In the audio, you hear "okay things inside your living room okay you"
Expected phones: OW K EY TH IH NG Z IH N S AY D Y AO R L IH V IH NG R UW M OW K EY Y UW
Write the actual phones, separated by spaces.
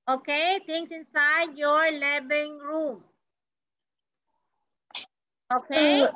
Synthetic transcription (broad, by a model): OW K EY T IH NG S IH N S AY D Y AO R L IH B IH NG R UW M OW K EY